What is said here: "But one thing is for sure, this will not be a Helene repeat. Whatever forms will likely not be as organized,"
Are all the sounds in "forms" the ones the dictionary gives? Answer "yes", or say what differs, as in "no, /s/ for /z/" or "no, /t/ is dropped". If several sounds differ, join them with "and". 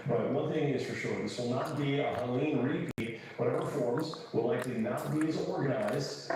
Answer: yes